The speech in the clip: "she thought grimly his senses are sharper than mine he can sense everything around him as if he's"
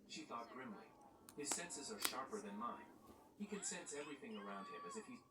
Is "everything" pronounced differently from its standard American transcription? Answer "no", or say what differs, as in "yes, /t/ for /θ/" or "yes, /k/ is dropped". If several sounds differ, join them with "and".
no